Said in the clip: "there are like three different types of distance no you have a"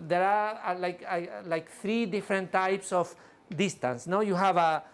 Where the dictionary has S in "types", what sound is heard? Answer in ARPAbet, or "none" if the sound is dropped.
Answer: S